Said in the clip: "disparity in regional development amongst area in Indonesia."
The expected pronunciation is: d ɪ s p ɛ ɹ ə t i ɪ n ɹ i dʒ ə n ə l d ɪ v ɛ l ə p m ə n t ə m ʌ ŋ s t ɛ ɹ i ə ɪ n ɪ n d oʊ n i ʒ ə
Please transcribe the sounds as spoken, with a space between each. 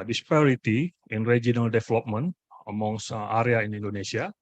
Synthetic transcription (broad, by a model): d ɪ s p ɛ ɹ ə t i ɪ n ɹ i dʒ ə n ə l d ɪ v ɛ l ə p m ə n ə m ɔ ŋ s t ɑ ɹ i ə ɪ n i n d oʊ n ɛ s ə